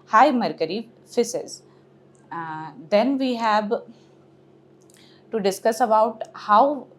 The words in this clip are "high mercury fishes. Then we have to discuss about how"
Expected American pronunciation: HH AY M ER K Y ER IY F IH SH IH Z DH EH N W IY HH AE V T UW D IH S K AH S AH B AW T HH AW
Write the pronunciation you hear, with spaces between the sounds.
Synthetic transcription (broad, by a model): HH AY M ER K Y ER IY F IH S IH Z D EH N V IY HH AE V T UW D IH S K AH S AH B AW T HH AW